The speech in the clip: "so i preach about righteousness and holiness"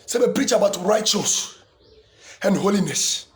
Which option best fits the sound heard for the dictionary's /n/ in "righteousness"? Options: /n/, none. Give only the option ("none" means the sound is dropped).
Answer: none